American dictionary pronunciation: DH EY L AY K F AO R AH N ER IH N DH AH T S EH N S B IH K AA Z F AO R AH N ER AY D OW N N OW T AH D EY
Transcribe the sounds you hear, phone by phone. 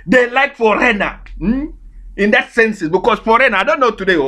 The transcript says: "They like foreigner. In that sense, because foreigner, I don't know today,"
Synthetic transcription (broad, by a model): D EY L AY K F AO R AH N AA IH N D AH T S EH N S B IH K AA S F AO R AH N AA AY D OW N N OW T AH D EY